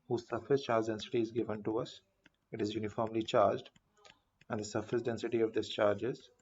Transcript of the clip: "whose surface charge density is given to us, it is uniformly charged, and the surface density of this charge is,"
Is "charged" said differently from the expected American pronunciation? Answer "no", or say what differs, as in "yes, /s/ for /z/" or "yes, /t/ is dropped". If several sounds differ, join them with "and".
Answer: no